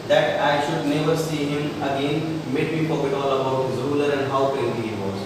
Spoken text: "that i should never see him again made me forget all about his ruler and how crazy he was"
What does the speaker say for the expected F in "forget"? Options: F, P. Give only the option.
P